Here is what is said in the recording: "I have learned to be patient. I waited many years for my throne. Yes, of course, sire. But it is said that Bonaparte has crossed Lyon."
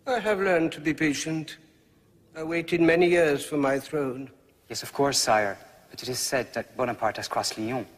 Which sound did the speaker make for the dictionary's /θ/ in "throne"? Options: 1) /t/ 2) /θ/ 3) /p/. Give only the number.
2